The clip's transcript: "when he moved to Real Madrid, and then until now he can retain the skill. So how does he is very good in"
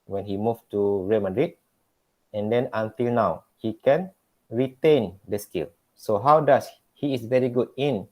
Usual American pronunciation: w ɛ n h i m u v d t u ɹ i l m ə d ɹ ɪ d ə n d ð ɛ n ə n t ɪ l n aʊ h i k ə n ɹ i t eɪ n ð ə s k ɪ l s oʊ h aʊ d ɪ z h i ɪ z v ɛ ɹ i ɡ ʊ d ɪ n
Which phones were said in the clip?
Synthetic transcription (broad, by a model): w ɛ n h i m u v t u ɹ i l m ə d ɹ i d ə n d ɛ n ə n t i l n aʊ h i k ə n ɹ i t eɪ n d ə s k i l s oʊ h aʊ d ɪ s h i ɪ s v ɛ ɹ i ɡ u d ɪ n